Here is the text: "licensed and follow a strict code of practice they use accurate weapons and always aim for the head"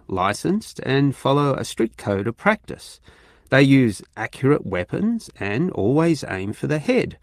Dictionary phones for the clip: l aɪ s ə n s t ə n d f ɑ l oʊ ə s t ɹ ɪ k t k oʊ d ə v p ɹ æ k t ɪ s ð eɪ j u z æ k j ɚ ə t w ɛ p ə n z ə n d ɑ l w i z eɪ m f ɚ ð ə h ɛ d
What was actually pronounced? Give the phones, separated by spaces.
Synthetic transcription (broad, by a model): l aɪ s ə n s t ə n f ɑ l oʊ ə s t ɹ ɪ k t k oʊ d ə v p ɹ æ k t ɪ s ð eɪ j u z æ k j ɚ ə t w ɛ p ə n z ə n ɑ l w i z eɪ m f ɚ ð ə h ɛ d